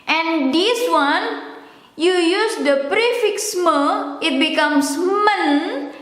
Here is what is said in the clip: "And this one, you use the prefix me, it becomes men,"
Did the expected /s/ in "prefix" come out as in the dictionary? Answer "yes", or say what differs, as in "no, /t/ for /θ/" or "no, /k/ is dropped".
yes